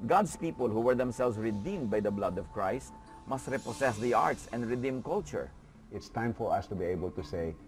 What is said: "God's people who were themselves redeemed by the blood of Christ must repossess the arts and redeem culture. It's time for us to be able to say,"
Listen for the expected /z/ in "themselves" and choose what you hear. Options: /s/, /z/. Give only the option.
/s/